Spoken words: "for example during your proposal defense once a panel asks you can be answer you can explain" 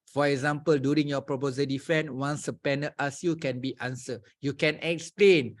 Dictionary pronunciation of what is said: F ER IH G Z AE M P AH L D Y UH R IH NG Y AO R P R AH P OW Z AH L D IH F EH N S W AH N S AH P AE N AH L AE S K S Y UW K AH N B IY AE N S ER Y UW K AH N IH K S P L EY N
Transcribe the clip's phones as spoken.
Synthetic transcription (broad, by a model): F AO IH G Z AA M P AH L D Y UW R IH NG Y AO P R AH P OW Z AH D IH F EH N W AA N S AH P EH N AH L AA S S Y UW K AH N B IY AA N S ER Y UW K AH N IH K S P L EY N